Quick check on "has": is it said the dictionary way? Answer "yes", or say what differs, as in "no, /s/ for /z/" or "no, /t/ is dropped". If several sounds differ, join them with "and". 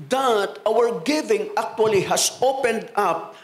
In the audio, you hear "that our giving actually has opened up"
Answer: no, /s/ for /z/